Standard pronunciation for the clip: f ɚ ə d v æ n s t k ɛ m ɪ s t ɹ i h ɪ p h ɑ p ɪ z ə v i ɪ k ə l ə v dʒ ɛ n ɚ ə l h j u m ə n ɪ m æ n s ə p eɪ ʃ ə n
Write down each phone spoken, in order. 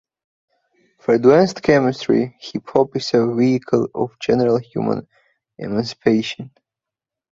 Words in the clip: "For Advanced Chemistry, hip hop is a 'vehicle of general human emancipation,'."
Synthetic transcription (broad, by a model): f ɚ d w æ n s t k ɛ m ɪ s t ɹ i h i p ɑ p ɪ s ə v i ɪ k ə l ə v dʒ ɛ n ɚ ə l h j u m ə n ɪ m æ n s ə p eɪ ʃ ə n